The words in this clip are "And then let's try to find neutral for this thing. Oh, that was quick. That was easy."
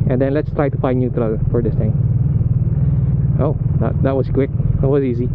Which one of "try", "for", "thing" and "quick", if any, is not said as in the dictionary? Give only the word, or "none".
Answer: thing